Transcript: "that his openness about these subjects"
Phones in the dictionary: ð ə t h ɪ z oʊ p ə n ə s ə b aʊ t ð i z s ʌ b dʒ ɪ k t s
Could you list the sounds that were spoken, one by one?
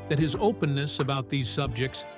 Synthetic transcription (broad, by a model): ð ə t h ɪ z oʊ p ə n ə s ə b aʊ t ð i z s ʌ b dʒ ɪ k t s